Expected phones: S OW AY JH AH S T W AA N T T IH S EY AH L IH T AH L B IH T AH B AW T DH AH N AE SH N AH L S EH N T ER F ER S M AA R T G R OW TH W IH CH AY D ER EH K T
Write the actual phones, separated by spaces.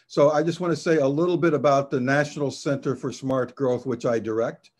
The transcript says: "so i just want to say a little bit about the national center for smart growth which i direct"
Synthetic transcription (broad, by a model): S OW AY JH AH S T W AA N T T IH S EY AH L IH T L B IH T AH B AW T DH AH N AE SH N L S EH N T ER F ER S M AA R T G R OW TH W IH CH AY D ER EH K T